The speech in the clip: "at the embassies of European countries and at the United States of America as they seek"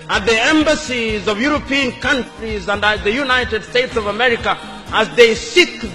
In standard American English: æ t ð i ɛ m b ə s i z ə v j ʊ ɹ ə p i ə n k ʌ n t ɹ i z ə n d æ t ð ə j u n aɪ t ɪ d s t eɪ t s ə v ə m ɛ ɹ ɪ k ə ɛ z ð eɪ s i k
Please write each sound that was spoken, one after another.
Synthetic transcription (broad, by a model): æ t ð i ɛ m b ə s i z ə v j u ɹ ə p i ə n k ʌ n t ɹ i z ə n d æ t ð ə j u n aɪ t ɪ d s t eɪ t s ə v ə m ɛ ɹ ɪ k ə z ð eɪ s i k